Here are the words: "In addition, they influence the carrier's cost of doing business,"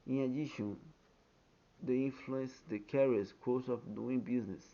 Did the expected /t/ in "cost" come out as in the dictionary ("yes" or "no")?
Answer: no